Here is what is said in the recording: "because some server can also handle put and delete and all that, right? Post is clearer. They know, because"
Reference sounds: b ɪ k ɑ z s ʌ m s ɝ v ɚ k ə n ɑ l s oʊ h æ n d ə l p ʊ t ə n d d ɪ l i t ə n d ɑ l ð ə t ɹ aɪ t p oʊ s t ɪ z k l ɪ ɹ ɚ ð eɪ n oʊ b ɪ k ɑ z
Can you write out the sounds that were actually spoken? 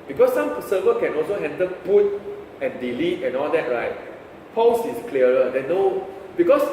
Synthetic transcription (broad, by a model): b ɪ k ɑ s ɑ m s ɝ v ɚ k ə n ɑ l s oʊ h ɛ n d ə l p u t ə n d d ɪ l i t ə n ɑ l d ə t ɹ aɪ t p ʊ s ɪ s k l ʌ ɹ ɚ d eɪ n oʊ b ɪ k ɑ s